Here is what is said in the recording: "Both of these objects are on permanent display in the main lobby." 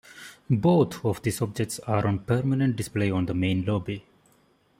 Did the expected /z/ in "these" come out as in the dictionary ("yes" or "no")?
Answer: no